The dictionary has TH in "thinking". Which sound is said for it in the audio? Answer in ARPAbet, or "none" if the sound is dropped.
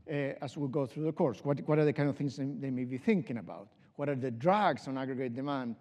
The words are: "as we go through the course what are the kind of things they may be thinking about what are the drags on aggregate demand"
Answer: TH